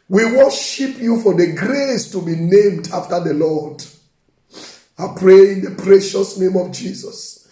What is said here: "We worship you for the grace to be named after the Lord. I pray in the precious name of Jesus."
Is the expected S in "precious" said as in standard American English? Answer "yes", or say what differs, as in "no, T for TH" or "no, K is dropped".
yes